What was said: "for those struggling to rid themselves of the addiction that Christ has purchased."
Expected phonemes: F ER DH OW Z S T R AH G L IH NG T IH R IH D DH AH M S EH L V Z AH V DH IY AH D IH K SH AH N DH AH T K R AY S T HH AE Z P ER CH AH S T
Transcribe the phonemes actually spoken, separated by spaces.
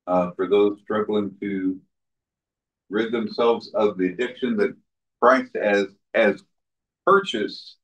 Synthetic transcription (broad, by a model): F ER DH OW Z S T R AH G L IH NG T IH R IH D DH AH M S EH L V Z AH V DH IY AH D IH K SH AH N DH AH T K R AY S T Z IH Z P ER CH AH S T